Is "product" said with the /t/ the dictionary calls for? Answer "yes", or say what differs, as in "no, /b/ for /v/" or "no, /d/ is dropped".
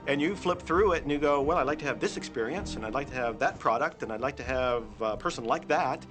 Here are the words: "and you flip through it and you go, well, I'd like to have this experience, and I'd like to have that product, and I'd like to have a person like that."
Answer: yes